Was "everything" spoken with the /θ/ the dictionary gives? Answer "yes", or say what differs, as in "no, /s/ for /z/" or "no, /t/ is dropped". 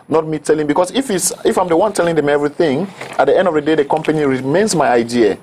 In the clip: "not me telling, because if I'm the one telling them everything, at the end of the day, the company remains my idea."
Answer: yes